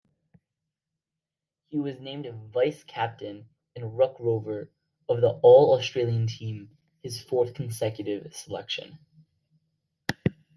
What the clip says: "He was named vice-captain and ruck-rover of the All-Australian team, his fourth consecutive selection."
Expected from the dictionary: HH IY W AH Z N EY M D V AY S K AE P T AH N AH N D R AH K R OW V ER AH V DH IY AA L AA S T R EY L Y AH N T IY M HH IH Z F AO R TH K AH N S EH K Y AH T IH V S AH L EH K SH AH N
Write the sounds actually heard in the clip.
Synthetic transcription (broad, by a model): HH IY W AH Z N EY M D V AY S K AE P T AH N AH N R AH K R OW V ER AH V DH IY AA L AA S T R EY L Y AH N T IY M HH IH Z F AO R TH K N S EH K Y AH T IH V S AH L EH K SH AH N